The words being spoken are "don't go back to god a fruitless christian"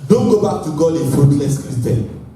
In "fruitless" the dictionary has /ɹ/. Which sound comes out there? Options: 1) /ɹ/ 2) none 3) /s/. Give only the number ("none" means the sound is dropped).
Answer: 2